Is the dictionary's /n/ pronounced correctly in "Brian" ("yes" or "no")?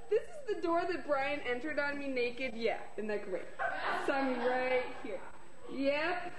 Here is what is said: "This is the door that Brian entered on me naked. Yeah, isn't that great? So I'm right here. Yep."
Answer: yes